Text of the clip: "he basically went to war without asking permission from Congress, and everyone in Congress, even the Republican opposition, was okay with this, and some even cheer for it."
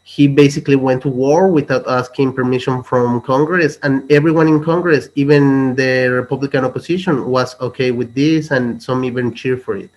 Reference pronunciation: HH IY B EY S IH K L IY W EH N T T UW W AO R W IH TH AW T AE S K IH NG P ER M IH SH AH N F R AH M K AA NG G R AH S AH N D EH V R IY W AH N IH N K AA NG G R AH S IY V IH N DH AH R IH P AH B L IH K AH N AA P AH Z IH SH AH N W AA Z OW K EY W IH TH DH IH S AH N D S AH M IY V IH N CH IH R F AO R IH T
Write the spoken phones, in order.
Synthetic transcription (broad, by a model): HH IY B EY S IH K L IY W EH N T T UW W AO R W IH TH AW T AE S K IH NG P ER M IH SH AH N F R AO M K AA NG G R AH S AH N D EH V R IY W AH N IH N K AA NG G R AH S IY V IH N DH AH R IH P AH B L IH K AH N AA P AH S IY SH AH N W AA S OW K EY W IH DH IH S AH N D S AH M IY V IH N CH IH R F AO R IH T